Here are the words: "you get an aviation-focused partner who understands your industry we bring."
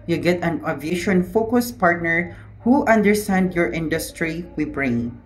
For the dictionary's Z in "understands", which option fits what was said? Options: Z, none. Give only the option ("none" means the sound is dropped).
none